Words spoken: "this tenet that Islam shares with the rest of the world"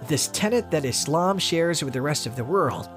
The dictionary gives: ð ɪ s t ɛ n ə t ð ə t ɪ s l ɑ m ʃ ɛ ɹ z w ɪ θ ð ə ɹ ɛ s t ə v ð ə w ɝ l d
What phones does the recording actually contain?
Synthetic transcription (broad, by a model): ð ɪ s t ɛ n ə t ð ə t ɪ s l ɑ m ʃ ɛ ɹ z w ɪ ð ə ɹ ɛ s t ə v ð ə w ɝ l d